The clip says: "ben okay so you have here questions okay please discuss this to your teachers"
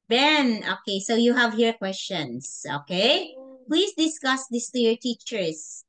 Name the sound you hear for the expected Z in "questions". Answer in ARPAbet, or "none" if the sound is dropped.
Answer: S